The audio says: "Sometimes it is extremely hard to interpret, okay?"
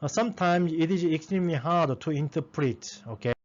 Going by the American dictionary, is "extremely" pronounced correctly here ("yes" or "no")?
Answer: yes